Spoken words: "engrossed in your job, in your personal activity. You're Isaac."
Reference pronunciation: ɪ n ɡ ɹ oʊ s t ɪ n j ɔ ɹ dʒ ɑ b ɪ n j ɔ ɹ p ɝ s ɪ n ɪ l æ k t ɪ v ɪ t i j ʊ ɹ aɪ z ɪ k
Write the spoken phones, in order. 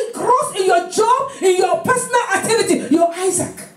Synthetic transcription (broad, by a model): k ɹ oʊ s ɪ n j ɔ dʒ ɑ b ɪ n j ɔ p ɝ s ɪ n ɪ l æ t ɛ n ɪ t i j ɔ aɪ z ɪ k